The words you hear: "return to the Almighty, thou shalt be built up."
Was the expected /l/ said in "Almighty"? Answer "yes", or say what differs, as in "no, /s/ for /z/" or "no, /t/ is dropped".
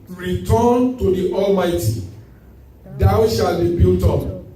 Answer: yes